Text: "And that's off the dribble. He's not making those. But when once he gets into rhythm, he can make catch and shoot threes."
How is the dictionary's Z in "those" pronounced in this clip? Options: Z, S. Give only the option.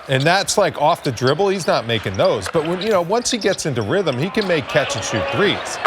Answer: Z